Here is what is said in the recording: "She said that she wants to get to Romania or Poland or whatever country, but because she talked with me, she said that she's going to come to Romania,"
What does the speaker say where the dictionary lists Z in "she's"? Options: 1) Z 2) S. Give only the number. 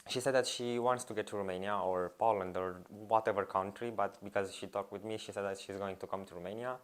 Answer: 1